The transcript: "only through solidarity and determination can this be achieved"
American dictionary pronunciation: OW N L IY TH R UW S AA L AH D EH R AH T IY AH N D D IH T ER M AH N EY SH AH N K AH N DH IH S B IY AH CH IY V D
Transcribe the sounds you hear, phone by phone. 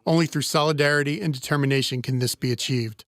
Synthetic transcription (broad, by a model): OW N L IY TH R UW S AA L AH D EH R AH T IY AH N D D IH T ER M AH N EY SH AH N K AH N DH IH S B IY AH CH IY V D